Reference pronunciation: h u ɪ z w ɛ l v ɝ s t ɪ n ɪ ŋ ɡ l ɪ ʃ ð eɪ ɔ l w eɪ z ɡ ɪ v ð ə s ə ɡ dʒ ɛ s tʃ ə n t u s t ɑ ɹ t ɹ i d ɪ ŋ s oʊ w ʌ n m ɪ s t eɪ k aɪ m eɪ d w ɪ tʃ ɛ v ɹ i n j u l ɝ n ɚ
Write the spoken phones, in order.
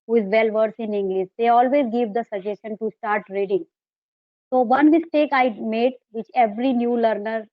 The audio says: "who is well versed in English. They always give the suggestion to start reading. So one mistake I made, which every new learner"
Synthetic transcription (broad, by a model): h u ɪ z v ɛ l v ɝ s ɪ n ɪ ŋ ɡ l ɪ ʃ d eɪ ɔ l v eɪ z ɡ ɪ v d ə s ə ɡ dʒ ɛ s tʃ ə n t u s t ɑ ɹ t ɹ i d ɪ ŋ s oʊ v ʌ n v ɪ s t eɪ k aɪ m eɪ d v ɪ tʃ ɛ v ɹ i n j u l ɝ n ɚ